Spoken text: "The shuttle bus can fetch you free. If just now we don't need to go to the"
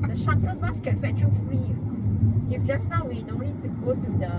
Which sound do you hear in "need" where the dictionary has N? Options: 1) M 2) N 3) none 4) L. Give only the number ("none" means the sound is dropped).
4